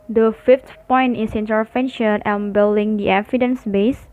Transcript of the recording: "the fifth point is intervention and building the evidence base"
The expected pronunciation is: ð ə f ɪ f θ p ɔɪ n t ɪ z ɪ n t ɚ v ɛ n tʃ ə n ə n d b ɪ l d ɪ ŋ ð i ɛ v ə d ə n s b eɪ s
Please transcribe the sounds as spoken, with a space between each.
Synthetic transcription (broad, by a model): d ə f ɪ f t p ɔɪ n t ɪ s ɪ n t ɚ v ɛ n ʃ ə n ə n b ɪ l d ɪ ŋ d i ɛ f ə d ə n s b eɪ s